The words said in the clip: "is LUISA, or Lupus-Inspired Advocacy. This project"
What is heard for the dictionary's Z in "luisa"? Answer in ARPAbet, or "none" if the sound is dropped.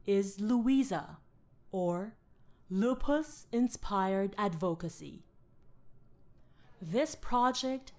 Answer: Z